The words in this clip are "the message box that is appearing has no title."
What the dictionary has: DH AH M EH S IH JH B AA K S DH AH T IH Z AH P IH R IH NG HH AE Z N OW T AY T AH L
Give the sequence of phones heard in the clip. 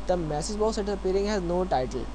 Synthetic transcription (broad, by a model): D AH M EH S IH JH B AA S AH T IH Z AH P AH R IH NG HH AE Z N OW T AY T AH L